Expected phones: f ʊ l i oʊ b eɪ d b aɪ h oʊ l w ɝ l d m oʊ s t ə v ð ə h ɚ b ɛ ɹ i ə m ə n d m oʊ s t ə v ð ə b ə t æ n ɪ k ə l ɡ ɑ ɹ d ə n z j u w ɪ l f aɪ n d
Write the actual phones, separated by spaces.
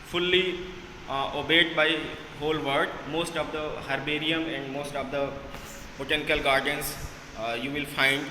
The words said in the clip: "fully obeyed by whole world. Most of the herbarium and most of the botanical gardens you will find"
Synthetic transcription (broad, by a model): f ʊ l i oʊ b eɪ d b aɪ h oʊ l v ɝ d m oʊ s t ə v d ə h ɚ b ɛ ɹ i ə m ə n d m oʊ s t ə v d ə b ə t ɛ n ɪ k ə l ɡ ɑ ɹ d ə n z j u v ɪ l f aɪ n d